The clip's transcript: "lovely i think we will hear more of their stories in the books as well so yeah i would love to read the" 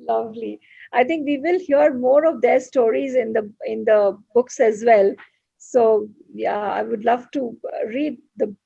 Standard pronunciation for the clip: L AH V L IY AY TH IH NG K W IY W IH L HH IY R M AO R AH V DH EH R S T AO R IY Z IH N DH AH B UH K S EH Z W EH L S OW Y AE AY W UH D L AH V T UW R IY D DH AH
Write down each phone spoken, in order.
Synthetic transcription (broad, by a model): L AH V L IY AY T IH NG K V IY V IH L HH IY R M AO R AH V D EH R S T AO R IY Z IH N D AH B UH K S EH Z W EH L S OW Y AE AY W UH D L AH V T UW R IY D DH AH